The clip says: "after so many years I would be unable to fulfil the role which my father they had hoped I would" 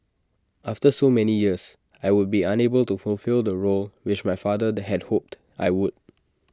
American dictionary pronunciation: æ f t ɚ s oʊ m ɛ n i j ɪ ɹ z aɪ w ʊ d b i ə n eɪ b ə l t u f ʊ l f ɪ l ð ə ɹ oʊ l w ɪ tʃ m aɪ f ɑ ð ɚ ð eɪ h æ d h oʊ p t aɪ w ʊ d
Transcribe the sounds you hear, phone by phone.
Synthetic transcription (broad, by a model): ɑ f t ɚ s oʊ m ɛ n i j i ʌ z aɪ w ʊ d b i ə n eɪ b ə l t u f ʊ l f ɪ l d ə ɹ oʊ l w ɪ tʃ m aɪ f ɑ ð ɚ h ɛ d h oʊ p t aɪ w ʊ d